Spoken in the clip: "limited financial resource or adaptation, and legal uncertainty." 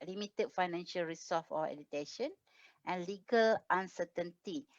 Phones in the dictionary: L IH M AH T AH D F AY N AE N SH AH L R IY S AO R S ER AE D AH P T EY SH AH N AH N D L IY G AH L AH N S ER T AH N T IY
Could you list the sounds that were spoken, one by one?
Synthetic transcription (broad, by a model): L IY M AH T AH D F AY N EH N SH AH L R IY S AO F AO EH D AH T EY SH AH N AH N L IY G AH L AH N S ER T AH N T IY